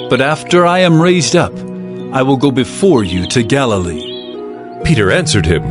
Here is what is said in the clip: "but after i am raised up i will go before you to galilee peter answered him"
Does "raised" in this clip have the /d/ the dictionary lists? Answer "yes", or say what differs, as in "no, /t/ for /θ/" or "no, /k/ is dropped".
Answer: yes